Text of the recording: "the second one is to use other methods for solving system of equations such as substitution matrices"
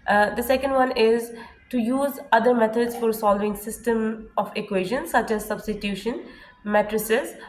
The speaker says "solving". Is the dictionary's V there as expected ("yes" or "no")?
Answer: yes